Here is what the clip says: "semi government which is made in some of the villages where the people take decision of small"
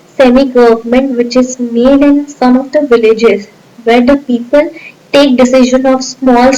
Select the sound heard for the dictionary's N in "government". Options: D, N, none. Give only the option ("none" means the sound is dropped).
N